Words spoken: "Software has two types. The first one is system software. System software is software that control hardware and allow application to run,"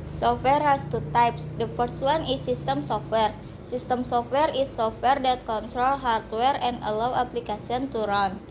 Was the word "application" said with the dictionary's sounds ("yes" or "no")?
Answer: no